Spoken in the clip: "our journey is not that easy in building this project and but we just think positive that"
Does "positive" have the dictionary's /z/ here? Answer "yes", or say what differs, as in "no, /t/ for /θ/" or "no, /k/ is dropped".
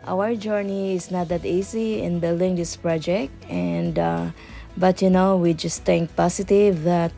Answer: no, /s/ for /z/